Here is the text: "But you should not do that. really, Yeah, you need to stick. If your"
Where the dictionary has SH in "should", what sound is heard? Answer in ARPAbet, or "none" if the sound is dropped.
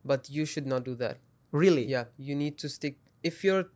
SH